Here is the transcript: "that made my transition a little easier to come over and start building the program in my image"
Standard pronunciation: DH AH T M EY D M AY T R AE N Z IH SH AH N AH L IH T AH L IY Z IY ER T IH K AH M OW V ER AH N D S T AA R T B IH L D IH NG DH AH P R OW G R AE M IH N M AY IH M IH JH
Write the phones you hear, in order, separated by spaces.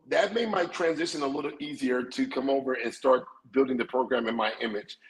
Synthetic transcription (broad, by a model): DH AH T M EY D M AY T R AE N Z IH SH AH N AH L IH T L IY Z IY ER T IH K AH M OW V ER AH N S T AA R T B IH L D IH NG DH AH P R OW G R AE M IH N M AY IH M IH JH